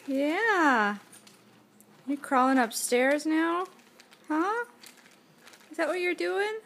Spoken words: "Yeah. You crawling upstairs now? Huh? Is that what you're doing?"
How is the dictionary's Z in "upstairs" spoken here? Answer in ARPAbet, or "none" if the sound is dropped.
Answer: Z